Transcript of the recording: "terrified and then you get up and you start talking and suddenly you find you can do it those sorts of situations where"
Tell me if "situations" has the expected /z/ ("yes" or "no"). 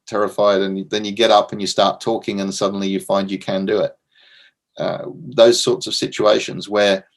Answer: yes